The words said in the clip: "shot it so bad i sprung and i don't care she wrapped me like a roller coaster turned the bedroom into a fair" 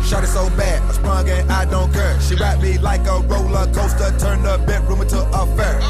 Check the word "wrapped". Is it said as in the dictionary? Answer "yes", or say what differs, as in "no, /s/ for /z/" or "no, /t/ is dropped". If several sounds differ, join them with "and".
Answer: no, /p/ is dropped